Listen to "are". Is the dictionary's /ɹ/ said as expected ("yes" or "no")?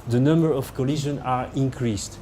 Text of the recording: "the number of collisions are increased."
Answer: yes